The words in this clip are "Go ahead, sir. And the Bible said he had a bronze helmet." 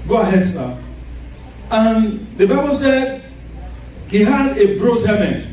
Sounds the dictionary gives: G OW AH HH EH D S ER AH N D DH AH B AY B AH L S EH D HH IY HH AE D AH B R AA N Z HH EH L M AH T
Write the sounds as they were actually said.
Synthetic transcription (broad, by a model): G OW AH HH EH D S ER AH N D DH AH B AY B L S EH D HH IY HH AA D AH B R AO Z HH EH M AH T